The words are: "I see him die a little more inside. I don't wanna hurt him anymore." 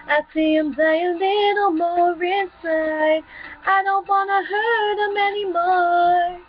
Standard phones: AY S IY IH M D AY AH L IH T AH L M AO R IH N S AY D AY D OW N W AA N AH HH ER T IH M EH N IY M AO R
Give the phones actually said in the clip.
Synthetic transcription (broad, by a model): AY S IY IH M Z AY AH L IH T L M AO R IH S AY AY D OW N W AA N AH HH ER T IH M EH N IY M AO